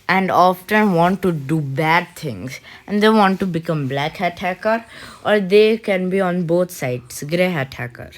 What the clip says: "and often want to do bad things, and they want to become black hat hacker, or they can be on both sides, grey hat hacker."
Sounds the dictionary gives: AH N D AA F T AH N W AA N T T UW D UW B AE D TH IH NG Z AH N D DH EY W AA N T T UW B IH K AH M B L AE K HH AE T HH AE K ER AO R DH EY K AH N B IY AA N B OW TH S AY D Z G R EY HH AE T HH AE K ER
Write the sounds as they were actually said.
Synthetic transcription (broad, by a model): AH N D AA F T AH N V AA N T T UW D UW B AE D T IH NG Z AH N D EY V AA N T T UW B IH K AH M B L AE K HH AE T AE K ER AO R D EY K AH N B IY AA N B OW T S AY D S G R EY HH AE T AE K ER